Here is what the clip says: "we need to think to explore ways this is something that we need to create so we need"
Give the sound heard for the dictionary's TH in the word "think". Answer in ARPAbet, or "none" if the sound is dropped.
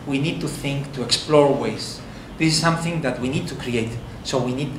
TH